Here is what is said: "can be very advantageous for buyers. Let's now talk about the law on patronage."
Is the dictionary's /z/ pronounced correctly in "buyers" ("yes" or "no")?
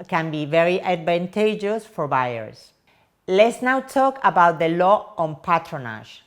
no